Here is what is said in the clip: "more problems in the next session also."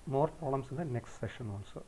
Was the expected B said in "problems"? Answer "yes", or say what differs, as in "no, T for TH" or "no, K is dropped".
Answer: no, B is dropped